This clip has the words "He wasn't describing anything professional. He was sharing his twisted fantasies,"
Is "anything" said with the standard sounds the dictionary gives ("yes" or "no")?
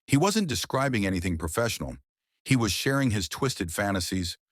yes